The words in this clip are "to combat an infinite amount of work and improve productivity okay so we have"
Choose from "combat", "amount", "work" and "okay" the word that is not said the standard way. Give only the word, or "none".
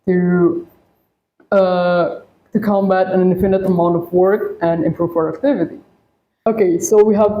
none